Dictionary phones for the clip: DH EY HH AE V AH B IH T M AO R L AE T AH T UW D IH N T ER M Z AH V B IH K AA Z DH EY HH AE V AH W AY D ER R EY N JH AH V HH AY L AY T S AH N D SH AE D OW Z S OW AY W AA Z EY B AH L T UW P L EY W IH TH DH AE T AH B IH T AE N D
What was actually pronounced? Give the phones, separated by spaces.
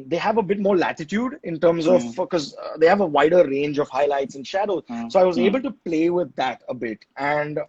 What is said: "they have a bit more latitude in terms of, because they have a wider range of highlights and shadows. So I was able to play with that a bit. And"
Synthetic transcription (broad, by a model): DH EY HH AE V AH B IH T M AO R L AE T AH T UW D IH N T ER M Z AH V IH K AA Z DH EY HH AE V AH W AY D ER R EY N JH AH V HH AY L AY T S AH N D SH AE D OW Z S OW AY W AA Z EY B AH L T UW P L EY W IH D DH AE T AH B IH T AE N D